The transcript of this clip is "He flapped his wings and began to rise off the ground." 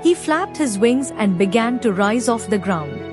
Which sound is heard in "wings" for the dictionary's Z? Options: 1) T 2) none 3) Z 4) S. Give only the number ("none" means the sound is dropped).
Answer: 3